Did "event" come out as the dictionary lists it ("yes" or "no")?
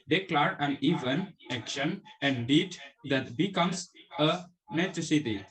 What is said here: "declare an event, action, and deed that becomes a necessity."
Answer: no